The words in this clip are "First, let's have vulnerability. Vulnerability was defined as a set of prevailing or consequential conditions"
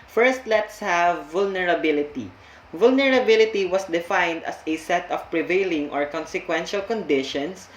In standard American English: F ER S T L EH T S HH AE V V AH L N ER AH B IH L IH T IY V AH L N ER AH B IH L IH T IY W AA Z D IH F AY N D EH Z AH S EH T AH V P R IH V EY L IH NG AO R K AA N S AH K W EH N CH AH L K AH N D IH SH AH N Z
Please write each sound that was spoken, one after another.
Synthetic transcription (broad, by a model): F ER S T L EH T S HH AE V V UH L N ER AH B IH L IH T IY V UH L N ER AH B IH L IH T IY W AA S D IH F AY N D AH S AH S EH T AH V P R IH V EY L IH NG AO R K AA N S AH K W EH N SH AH L K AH N D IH SH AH N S